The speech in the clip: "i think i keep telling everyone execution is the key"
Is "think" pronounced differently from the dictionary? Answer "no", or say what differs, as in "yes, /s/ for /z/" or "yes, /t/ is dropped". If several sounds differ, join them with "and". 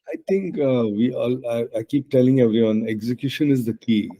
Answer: yes, /t/ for /θ/